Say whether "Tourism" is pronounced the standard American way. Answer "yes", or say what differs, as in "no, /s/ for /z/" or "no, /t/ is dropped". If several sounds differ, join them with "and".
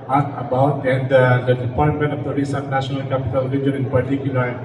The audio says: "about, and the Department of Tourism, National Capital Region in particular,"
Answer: no, /s/ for /z/